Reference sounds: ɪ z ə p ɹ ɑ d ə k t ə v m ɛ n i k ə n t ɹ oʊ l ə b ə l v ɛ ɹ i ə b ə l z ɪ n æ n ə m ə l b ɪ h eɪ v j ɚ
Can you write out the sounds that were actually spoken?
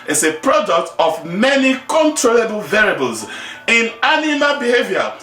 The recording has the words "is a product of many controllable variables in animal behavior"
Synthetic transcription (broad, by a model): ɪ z ə p ɹ ɑ d ə k t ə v m ɛ n i k ə n t ɹ oʊ l ə b ə l v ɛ ɹ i b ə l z ɪ n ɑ n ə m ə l b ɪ h eɪ v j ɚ